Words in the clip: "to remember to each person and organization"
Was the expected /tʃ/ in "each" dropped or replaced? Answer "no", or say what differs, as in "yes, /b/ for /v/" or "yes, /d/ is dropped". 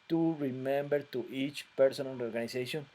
no